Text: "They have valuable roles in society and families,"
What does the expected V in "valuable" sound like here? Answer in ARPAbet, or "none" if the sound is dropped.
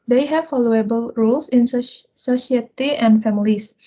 F